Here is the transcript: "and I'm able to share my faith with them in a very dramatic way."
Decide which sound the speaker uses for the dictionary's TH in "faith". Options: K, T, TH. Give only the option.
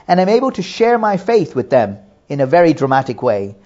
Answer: TH